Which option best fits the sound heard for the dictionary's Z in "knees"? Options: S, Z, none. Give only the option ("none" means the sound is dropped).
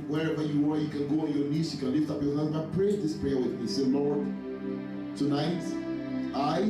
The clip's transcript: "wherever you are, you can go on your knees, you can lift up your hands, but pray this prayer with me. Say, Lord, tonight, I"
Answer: S